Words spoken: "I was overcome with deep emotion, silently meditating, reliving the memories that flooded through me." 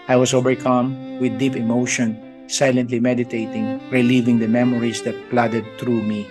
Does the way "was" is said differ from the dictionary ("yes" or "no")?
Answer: yes